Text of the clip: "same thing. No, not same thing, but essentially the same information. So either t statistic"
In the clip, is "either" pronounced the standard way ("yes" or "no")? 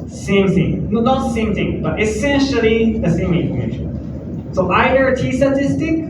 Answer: no